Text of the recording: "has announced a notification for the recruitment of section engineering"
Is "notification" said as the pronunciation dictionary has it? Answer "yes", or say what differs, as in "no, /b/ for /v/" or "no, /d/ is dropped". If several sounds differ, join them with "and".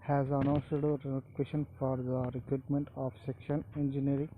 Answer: no, /f/ is dropped